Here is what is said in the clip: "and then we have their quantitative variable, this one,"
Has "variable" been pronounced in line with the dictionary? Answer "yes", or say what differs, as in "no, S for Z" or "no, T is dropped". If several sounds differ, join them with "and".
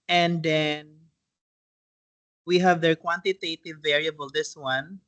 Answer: yes